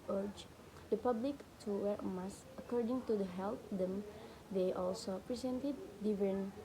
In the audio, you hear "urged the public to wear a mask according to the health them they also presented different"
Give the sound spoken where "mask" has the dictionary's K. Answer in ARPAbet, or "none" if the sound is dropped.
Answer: none